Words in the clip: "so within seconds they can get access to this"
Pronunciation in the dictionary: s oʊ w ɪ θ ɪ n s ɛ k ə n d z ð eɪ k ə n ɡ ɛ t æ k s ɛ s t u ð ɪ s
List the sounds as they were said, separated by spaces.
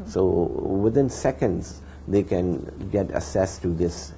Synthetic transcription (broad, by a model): s oʊ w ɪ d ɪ n s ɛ k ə n d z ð eɪ k ə n ɡ ɛ t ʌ s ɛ s t u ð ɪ s